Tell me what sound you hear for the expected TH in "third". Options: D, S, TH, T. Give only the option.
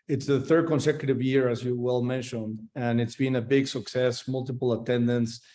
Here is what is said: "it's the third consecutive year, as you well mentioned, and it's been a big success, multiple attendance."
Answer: TH